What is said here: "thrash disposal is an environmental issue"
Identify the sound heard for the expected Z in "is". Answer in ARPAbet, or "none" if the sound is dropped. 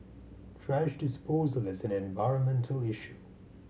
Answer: Z